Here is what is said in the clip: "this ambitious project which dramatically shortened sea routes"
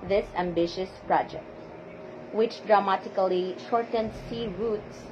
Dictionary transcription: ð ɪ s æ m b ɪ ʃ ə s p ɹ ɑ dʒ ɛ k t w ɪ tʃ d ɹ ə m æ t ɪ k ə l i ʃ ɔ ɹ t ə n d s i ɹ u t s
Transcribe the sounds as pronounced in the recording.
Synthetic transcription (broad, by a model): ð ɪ s æ m b ɪ ʃ ə s p ɹ ɑ dʒ ɛ k t w ɪ tʃ d ɹ ə m æ t ɪ k ə l i ʃ ɔ ɹ t ə n d s i ɹ u t s